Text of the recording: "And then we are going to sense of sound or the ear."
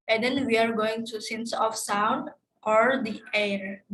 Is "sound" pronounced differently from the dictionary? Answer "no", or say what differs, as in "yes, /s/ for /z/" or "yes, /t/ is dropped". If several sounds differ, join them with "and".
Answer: no